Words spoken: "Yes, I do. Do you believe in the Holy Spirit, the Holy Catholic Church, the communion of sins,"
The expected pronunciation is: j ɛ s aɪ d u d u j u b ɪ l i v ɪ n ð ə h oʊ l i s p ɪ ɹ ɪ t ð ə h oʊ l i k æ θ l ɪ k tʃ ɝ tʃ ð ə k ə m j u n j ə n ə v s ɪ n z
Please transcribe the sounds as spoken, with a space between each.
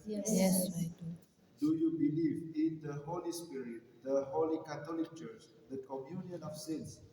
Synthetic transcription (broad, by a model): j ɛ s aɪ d d u j u b ɪ l i v ɪ n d ə h oʊ l i s p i ɹ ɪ t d ə h oʊ l i k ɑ t l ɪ k tʃ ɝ tʃ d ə k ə m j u n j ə n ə f s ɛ n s